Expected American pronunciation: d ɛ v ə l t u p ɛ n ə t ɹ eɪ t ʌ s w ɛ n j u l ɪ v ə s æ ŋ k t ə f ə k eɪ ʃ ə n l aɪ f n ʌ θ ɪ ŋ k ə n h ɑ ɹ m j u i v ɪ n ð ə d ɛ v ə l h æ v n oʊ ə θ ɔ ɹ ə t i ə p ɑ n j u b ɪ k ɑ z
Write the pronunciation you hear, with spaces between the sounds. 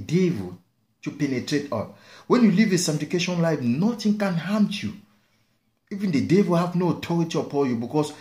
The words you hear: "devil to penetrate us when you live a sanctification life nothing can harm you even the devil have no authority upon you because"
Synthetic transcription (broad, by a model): d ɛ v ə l t u p ɛ n ə t ɹ eɪ t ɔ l w ɛ n j u l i v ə s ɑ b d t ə k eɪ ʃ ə n l aɪ f n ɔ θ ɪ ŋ k ə n h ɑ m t j u i v ɪ n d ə d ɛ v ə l h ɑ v n oʊ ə t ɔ ɹ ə t i ə p ɑ n j u b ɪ k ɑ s